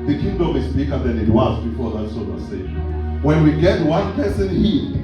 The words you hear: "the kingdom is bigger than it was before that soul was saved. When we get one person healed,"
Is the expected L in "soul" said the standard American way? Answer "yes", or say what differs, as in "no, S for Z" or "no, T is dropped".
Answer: no, N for L